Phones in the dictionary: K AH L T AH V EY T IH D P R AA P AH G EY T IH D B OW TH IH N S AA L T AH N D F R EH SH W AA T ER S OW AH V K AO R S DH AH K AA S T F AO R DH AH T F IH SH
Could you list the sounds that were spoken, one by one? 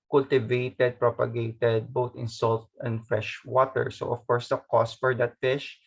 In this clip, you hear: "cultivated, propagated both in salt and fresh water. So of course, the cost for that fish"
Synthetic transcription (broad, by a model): K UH L T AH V EY T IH D P R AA P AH G EY T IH D B OW T IH N S AA L T AH N D F R EH SH W AA T ER S OW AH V K AO R S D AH K AA S T F AO R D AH T F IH SH